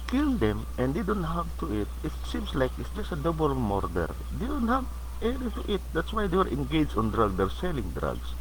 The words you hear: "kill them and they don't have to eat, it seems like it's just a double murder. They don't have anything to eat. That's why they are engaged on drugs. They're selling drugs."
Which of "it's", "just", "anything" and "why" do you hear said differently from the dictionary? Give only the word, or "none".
anything